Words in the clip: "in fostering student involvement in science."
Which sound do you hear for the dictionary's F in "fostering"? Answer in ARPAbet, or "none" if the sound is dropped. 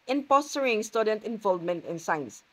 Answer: P